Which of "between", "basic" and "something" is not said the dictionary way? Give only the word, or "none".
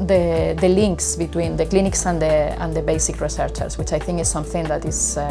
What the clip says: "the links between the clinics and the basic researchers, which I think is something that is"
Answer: none